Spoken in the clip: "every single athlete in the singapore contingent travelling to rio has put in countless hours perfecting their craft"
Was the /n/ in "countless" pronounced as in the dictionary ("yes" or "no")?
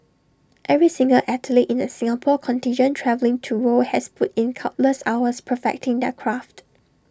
no